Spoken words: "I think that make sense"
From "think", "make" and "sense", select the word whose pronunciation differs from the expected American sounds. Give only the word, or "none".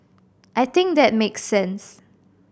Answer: think